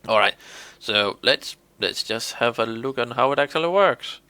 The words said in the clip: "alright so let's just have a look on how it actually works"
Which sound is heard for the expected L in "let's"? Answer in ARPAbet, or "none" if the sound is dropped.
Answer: L